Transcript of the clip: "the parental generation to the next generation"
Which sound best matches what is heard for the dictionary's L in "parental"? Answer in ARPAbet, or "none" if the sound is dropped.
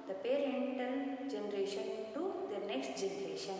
N